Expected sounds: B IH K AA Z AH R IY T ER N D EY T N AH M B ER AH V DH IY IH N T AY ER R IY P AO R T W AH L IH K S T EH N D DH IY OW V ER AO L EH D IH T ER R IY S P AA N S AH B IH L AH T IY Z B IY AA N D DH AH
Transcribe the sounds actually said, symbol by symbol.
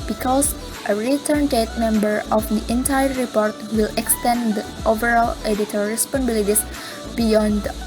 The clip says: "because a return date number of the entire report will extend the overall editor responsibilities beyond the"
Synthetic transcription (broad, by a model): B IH K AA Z AH R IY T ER N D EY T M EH M B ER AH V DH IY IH N T AY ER R IY P AO R T W AH L IH K S T EH N D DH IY OW V ER AO L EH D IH T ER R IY S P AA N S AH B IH L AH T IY S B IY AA N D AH